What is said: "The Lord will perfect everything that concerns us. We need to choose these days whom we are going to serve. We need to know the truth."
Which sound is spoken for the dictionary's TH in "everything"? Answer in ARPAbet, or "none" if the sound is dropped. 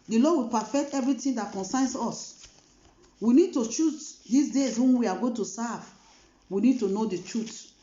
T